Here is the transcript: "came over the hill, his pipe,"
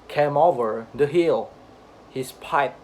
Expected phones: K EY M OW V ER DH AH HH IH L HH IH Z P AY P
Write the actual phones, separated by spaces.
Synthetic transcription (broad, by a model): K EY M OW V ER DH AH HH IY L HH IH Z P AY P